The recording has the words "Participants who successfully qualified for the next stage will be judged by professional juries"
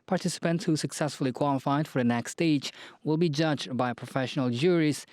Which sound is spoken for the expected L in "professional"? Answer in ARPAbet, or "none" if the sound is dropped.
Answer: L